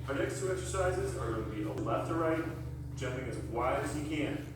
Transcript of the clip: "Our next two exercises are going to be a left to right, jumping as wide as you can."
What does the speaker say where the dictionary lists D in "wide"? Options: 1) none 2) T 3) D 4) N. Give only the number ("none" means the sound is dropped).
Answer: 1